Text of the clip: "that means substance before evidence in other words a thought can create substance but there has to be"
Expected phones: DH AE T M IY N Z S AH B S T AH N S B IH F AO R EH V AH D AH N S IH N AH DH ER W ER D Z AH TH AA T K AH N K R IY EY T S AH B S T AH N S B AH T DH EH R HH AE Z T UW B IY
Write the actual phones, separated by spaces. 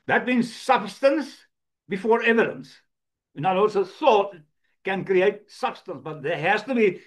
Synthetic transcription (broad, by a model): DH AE T M IY N Z S AH B S T AH N S B IH F AO R EH V AH D AH N S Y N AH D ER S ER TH AH T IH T K AH N K R IY EY T S AH B S T AH N S B AH T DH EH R HH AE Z T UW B IY